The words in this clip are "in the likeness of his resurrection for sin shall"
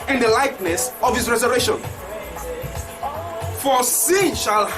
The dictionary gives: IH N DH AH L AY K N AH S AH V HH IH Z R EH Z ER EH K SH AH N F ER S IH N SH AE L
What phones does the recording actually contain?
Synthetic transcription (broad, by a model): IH N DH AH L AY K N AH S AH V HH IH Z R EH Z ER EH SH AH N F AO S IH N SH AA L